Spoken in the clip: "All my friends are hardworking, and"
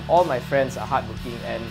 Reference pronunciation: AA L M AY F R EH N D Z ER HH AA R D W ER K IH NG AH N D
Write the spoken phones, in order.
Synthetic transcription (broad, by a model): AA L M AY F R EH N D S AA HH AA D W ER K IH NG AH N